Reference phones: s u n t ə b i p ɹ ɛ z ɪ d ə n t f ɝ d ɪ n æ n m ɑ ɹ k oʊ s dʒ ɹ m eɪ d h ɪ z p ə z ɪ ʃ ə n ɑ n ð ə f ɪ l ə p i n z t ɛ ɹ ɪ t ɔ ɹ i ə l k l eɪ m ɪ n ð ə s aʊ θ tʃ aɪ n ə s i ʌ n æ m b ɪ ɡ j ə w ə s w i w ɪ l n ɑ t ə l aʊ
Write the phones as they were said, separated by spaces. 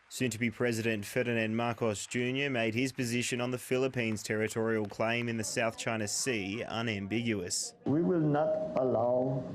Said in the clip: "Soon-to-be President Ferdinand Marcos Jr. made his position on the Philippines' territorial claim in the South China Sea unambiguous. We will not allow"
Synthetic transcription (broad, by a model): s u n t ə b i p ɹ ɛ z ɪ d ə n t f ɝ d ɪ n æ n m ɑ ɹ k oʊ s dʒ ɹ m eɪ d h ɪ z p ə z ɪ ʃ ə n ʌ n ð ə f ɪ l ə p i n z t ɛ ɹ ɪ t ɔ ɹ i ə l k l eɪ m ɪ n ð ə s aʊ θ tʃ aɪ n ə s i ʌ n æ m b ɪ ɡ j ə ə s w i w ɪ l n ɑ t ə l aʊ